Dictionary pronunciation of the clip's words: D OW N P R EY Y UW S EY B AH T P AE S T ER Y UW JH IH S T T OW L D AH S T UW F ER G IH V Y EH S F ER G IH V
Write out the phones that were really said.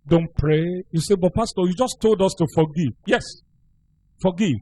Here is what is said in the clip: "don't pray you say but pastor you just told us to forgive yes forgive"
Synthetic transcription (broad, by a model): D OW N P R EY Y UW S EY B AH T P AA S T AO Y UW JH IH S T T OW L D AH S T UW F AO G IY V Y EH S F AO G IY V